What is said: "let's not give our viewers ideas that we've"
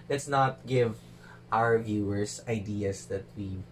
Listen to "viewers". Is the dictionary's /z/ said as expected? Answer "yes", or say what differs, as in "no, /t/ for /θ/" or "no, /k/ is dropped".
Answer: no, /s/ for /z/